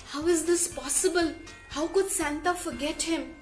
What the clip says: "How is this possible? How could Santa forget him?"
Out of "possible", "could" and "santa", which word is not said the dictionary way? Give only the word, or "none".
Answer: none